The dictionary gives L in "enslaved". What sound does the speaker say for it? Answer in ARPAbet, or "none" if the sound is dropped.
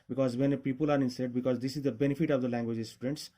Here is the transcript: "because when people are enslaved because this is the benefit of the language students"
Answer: none